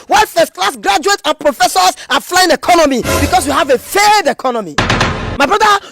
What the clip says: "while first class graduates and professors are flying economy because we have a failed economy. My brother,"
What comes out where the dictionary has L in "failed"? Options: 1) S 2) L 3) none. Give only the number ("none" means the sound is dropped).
3